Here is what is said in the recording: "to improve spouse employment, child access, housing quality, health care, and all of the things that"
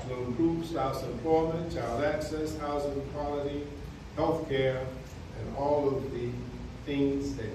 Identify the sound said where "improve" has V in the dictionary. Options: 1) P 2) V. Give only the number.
1